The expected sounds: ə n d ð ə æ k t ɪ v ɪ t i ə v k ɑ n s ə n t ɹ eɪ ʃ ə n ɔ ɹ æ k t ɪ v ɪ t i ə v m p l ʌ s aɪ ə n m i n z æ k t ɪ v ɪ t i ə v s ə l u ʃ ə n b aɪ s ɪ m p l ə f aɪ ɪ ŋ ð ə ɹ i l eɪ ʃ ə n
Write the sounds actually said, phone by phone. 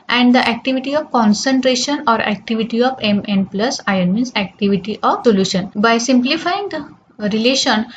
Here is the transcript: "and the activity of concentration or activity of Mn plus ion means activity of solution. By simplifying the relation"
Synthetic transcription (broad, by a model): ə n d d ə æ k t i v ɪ t i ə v k ɑ n s ə n t ɹ eɪ ʃ ə n ɔ ɹ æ k t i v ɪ t i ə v m p l ʌ s aɪ ə n m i n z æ k t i v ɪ t i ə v s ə l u ʃ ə n b aɪ s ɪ m p l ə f aɪ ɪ ŋ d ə ɹ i l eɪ ʃ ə n